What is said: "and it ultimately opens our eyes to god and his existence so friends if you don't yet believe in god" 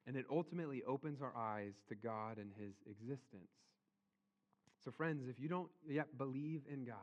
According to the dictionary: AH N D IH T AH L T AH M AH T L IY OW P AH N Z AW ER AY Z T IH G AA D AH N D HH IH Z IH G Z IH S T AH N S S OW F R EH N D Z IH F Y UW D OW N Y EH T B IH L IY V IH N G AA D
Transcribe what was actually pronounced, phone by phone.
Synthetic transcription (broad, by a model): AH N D IH T AH L T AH M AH T L IY OW P AH N Z AW ER AY Z T IH G AA D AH N IH Z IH G Z IH S T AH N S S OW F R EH N D Z IH F Y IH D OW N Y EH T B IH L IY V IH N G AA